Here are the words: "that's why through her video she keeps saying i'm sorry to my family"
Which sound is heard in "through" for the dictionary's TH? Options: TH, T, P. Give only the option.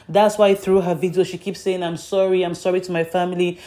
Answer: TH